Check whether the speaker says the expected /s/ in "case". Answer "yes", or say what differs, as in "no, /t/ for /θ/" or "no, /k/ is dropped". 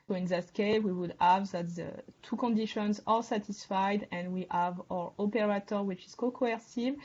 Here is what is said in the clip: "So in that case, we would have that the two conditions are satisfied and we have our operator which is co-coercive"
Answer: no, /s/ is dropped